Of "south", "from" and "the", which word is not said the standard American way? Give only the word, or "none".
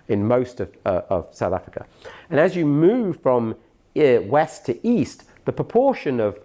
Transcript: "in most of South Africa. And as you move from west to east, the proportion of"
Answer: none